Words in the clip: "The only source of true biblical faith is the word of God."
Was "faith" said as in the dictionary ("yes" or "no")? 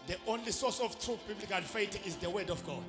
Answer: no